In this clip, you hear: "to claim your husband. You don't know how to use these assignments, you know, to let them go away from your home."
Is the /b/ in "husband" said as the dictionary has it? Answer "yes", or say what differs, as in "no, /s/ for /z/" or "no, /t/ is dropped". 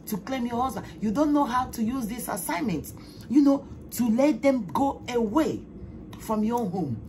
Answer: no, /b/ is dropped